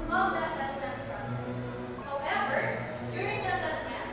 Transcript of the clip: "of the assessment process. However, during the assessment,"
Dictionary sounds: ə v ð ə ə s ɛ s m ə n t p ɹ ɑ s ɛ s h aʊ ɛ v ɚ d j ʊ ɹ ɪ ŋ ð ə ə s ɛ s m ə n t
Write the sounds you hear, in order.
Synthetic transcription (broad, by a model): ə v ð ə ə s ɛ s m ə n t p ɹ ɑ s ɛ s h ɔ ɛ b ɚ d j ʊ ɹ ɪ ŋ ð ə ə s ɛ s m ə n